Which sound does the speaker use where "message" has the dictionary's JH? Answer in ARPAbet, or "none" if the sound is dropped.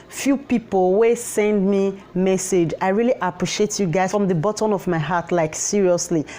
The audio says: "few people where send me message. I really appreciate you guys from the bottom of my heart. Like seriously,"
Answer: JH